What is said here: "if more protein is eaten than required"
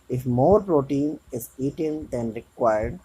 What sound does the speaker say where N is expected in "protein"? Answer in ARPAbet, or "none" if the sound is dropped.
N